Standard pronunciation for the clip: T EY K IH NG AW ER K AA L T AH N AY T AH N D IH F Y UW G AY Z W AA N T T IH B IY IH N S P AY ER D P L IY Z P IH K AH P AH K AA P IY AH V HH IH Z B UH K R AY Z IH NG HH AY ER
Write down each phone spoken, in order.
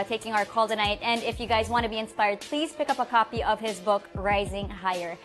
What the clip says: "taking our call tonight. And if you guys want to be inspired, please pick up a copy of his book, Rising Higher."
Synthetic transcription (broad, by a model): T EY K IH NG AW ER K AA L T AH N AY T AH N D IH F Y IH G AY Z W AA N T T IH B IY IH N S P AY ER D P L IY Z P IH K AH P AH K AA P IY AH V IH Z B UH K R AY Z IH NG HH AY ER